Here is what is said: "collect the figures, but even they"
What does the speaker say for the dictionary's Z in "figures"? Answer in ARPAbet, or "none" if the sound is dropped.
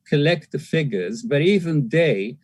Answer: Z